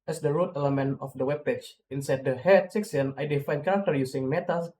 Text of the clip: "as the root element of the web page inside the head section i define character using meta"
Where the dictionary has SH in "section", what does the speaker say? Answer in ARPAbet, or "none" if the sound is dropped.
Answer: S